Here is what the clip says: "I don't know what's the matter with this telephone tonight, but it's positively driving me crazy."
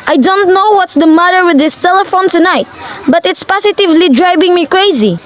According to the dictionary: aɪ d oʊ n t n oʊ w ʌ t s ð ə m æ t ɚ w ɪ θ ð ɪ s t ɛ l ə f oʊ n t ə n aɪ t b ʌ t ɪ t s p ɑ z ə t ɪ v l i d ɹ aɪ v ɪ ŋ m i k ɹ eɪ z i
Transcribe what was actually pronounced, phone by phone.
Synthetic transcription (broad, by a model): aɪ d oʊ n t n oʊ w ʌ t s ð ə m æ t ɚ w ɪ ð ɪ s t ɛ l ə f oʊ n t ə n aɪ t b ʌ t ɪ t s p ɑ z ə t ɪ v l i d ɹ aɪ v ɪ ŋ m i k ɹ eɪ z i